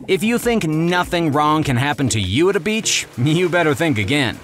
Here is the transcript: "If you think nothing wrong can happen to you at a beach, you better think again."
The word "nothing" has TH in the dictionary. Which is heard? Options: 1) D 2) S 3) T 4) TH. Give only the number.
4